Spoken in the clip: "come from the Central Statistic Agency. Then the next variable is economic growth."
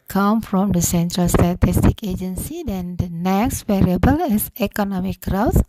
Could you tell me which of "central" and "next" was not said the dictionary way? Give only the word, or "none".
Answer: none